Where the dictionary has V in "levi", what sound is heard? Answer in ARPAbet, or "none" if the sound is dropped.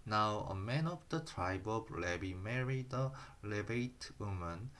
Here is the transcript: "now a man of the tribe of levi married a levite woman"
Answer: B